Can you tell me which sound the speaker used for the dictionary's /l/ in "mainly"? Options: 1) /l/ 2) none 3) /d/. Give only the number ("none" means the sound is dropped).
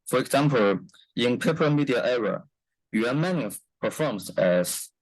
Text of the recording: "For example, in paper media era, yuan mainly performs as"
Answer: 2